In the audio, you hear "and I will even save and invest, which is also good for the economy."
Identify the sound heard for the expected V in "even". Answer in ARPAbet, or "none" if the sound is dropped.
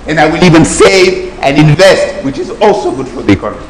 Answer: V